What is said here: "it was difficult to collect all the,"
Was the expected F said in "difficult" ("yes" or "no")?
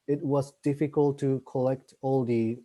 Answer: yes